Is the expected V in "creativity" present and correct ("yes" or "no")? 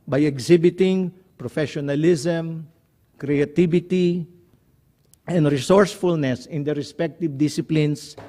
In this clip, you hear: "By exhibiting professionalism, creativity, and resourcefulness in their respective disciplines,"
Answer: no